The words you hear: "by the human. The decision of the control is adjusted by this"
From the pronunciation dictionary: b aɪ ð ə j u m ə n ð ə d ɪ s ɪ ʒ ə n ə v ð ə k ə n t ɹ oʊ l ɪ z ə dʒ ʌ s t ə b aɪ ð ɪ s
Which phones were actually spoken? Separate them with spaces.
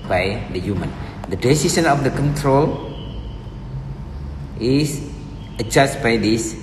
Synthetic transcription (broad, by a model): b aɪ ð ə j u m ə n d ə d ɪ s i s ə n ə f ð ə k ə n t ɹ oʊ l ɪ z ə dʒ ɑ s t b aɪ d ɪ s